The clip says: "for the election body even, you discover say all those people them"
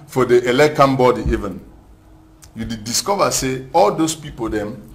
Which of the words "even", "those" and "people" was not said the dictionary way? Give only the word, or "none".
those